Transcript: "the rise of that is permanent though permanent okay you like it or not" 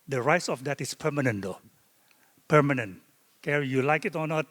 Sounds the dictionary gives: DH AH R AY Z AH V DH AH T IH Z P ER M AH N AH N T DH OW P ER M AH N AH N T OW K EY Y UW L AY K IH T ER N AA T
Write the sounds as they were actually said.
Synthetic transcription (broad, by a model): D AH R AY S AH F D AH T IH S P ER M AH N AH N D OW P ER M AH N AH N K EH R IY Y UW L AY K IH T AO N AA T